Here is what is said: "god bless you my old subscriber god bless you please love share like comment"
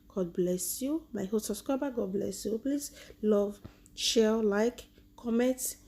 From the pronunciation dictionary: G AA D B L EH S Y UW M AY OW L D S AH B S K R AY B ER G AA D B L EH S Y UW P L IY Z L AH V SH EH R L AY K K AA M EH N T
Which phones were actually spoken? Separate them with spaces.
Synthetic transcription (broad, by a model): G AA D B L EH S Y UW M AY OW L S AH S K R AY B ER G AA D B L EH S Y UW P L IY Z L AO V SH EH L L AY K K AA M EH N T